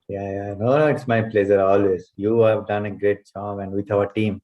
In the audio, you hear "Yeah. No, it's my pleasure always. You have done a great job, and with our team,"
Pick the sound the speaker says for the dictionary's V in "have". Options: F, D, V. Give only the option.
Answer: V